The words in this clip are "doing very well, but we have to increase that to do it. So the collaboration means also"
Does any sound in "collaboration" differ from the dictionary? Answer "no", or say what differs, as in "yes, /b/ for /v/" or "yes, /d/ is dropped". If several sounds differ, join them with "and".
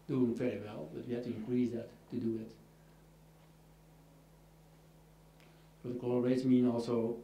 yes, /ʃ/ is dropped